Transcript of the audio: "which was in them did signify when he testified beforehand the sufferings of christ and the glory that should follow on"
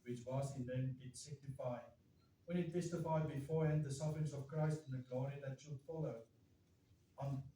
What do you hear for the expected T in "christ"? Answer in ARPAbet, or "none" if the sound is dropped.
T